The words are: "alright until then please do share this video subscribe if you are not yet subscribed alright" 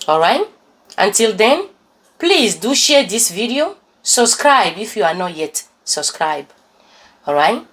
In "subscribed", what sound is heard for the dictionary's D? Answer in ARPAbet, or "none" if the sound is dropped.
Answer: none